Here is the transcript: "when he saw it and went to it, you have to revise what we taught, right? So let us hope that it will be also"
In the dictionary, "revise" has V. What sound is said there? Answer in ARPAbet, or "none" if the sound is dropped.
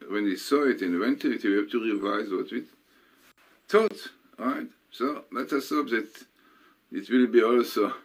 V